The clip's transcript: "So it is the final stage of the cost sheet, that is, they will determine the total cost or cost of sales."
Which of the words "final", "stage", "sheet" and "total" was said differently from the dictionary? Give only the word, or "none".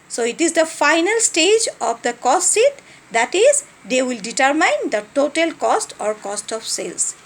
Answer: sheet